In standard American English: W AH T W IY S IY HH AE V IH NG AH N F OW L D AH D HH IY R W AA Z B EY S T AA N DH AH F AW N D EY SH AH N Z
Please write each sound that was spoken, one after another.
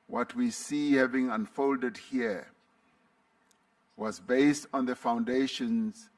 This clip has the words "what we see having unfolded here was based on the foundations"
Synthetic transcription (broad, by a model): W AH T W IY S IY HH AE V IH NG AH N F OW L D AH D HH IY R W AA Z B EY S T AA N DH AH F AW N D EY SH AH N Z